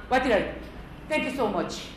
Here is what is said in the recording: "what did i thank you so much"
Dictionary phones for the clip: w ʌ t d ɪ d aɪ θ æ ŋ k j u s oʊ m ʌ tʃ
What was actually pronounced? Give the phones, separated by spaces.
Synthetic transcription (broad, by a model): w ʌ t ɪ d aɪ t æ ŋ k j u s oʊ m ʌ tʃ